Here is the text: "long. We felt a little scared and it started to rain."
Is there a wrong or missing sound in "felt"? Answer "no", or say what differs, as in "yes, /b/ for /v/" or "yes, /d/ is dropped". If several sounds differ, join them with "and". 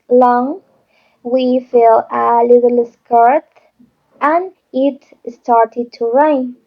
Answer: yes, /t/ is dropped